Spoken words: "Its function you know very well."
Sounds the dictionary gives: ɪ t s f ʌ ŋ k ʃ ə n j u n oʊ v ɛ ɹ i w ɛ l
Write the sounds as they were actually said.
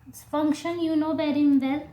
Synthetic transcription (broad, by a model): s f ʌ ŋ k ʃ ə n j u n oʊ b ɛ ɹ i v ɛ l